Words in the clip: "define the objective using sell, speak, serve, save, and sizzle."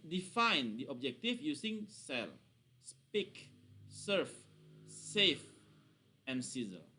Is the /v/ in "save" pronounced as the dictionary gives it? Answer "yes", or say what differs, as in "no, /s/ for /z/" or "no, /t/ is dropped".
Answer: no, /f/ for /v/